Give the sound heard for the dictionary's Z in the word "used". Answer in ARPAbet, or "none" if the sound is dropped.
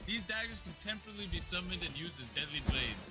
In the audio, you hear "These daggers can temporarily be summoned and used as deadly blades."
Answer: Z